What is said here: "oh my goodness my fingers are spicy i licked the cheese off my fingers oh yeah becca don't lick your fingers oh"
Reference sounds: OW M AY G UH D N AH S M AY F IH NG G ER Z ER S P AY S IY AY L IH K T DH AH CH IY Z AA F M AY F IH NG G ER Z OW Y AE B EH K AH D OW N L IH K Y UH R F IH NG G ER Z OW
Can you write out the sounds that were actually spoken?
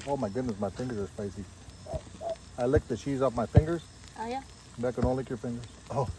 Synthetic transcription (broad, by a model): OW M AY G UH D N AH S M AY F IH NG G ER Z ER S P AY S IY AY L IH K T DH AH CH IY Z AA F M AY F IH NG G ER Z OW Y AE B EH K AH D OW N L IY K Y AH R F IH NG G ER Z OW